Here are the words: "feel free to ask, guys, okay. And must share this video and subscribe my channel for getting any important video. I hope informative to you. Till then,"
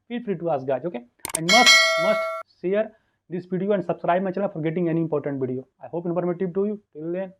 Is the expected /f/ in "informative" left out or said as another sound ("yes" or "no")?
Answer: yes